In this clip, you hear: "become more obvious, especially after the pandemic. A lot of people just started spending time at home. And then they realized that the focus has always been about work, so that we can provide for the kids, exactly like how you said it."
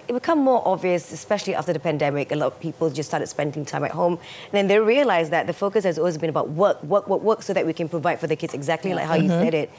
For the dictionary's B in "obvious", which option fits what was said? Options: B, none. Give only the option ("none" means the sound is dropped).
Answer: B